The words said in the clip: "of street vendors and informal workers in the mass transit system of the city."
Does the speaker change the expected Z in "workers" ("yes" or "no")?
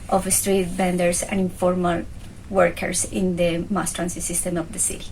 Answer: yes